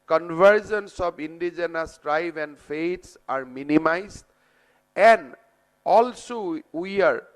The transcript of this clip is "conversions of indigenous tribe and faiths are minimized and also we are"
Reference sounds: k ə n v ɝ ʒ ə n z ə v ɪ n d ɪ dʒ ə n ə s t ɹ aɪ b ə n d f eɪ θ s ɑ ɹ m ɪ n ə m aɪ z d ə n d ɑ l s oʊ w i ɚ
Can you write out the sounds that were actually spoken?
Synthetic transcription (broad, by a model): k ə n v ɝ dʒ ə n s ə p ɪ n d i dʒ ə n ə s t ɹ aɪ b ə n d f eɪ t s ɑ ɹ m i n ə m aɪ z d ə n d ɑ l s oʊ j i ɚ